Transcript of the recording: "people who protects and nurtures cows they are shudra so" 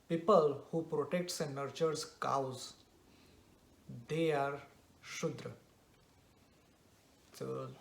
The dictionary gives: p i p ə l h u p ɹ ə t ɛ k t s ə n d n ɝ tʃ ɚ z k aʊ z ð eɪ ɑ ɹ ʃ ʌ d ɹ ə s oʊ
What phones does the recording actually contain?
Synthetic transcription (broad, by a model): p i p ə l h u p ɹ ə t ɛ k t s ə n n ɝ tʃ ɚ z k aʊ z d eɪ ɑ ɹ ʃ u d ɹ ə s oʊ